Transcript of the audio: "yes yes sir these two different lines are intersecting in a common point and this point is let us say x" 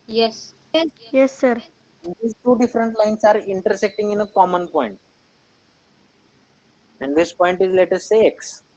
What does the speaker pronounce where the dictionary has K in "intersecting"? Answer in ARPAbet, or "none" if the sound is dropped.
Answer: K